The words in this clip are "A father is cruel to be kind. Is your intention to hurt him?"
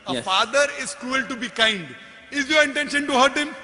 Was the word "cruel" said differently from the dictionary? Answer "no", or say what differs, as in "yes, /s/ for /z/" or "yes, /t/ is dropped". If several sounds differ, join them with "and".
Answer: no